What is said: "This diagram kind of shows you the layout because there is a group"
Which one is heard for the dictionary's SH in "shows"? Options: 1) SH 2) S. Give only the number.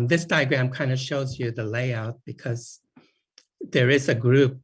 1